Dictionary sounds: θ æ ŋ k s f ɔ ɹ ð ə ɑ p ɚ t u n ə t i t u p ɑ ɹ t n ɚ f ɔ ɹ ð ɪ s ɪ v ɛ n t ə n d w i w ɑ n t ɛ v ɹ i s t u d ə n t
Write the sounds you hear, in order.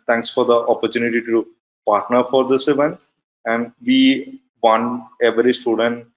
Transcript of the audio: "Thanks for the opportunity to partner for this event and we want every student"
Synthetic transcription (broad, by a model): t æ ŋ k s f ɔ ɹ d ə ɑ p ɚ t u n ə t i t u p ɑ ɹ t n ɚ f ɔ ɹ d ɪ s ɪ v ɛ n t ə n d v i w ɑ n ɛ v ɹ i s t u d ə n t